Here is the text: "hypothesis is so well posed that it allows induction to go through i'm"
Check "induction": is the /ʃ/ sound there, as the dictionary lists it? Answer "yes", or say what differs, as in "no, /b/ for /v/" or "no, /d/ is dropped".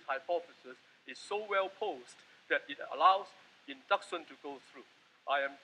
no, /s/ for /ʃ/